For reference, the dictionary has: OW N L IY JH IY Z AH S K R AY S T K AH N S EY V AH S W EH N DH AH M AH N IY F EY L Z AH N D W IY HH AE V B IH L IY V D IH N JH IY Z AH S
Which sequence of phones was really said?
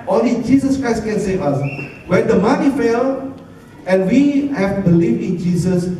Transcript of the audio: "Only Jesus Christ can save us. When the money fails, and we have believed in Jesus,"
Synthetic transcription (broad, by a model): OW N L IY JH IY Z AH S K R AY S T K AH N S EY V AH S W EH N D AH M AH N IY F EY L AH N W IY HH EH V B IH L IY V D IH N JH IY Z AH S